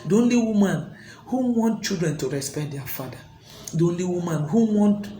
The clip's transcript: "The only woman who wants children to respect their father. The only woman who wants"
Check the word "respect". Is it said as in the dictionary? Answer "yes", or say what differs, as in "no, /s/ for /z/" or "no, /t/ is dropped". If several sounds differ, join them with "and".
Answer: no, /k/ is dropped